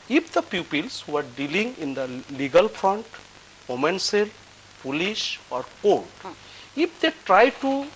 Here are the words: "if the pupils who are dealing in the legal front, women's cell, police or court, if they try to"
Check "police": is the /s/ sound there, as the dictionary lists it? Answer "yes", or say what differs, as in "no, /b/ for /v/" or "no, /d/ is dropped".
no, /ʃ/ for /s/